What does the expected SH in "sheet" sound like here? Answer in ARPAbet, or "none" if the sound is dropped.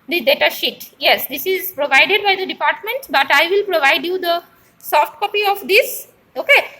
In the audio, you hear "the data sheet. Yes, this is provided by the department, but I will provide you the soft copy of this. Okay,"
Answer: SH